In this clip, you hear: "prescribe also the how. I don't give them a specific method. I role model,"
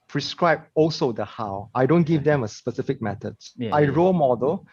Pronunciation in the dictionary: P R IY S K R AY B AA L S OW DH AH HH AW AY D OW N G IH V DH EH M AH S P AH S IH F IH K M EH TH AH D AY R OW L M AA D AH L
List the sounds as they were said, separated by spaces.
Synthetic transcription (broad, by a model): P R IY S K R AY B AA L S OW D AH HH AW AY D OW N G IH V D EH M AH S P AH S IH F IH K M EH T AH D AY R OW M AA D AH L